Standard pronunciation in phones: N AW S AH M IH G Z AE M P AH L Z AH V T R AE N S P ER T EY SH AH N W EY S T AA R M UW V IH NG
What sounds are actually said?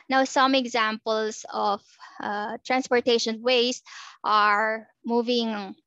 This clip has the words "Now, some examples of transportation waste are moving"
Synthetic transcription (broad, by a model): N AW S AH M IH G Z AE M P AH L S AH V T R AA N S P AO T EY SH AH N W EY S T AA R M UW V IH NG